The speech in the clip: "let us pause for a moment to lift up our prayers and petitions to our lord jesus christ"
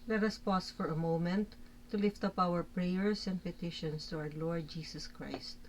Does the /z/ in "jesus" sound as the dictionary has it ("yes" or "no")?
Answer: no